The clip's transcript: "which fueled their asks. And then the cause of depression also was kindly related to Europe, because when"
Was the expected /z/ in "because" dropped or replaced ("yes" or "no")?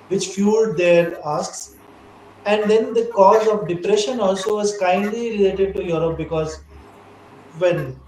no